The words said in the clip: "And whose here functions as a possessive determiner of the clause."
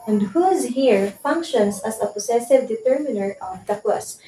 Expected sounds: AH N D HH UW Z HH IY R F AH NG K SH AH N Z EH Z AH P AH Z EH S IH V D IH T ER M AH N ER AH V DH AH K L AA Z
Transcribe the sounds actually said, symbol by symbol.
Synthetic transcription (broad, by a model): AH N D HH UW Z HH IY R F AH NG K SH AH N S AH S AH P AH S EH S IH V D IH T ER M AH N ER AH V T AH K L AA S